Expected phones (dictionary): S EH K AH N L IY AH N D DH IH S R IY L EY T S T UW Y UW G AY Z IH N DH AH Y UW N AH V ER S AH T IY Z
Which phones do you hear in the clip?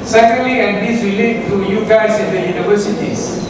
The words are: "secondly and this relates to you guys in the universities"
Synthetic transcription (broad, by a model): S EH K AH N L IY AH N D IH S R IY L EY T T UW Y UW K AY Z IH N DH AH Y UW N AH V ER S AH T IY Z